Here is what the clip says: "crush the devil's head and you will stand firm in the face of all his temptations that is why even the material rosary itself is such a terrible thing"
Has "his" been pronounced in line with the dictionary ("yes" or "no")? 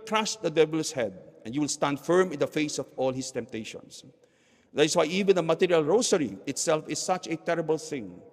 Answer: no